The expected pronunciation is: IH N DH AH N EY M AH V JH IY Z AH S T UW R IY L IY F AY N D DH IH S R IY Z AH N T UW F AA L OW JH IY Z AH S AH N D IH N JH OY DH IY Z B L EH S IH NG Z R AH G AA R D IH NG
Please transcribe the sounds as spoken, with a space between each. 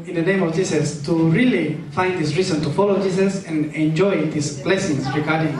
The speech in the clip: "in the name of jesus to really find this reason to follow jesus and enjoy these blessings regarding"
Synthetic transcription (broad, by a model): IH N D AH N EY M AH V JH IY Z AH S T UW R IY L IY F AY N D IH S R IY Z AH N T UW F AA L OW JH IY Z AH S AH N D IH N JH OY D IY S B L EH S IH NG S R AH G AA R D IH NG